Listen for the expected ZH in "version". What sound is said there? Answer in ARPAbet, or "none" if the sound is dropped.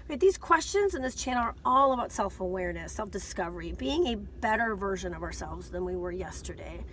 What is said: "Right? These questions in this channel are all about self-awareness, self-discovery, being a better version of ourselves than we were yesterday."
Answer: ZH